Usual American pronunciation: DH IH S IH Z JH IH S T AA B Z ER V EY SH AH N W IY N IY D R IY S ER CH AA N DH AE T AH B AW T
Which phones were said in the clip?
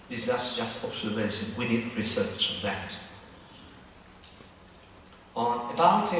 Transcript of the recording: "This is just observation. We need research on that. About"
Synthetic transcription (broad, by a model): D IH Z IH S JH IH S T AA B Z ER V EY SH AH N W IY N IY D R IY S ER CH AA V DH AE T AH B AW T